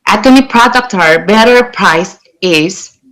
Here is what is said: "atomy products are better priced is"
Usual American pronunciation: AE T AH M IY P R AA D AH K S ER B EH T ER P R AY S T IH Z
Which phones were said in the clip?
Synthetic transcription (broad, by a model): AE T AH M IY P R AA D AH K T ER B EH T ER P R AY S IH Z